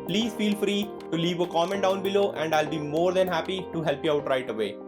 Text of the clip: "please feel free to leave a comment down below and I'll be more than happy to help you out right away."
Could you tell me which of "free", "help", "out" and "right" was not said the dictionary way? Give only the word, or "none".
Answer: none